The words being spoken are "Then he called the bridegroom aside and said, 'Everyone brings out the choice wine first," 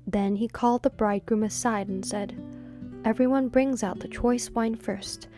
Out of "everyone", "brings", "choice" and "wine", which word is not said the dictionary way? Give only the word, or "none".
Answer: none